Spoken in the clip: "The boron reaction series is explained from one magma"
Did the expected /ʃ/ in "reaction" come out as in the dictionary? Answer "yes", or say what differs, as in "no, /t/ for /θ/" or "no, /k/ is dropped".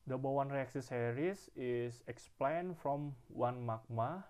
no, /s/ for /ʃ/